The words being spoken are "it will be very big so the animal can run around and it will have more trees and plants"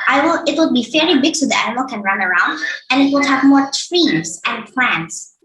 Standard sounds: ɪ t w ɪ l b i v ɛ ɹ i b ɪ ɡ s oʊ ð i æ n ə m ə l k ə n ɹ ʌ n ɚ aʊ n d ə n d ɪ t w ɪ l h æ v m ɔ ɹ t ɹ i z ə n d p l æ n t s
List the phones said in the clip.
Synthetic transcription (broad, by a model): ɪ t w ɪ l b i f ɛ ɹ i b ɪ ɡ s oʊ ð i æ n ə m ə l k ə n ɹ ʌ n ɚ aʊ n d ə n ɪ t w ɪ l h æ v m ɔ ɹ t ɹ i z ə n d p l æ n t s